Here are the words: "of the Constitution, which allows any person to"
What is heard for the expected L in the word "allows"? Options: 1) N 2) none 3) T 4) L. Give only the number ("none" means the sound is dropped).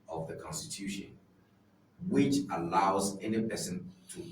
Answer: 4